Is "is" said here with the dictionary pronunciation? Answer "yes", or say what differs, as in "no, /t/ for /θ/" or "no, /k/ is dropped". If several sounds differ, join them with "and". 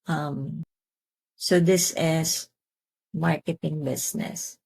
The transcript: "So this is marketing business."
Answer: no, /s/ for /z/